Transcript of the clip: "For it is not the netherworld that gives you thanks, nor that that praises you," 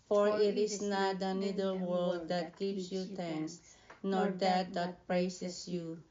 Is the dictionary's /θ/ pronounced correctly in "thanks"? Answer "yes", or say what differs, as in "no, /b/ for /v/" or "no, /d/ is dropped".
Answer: no, /t/ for /θ/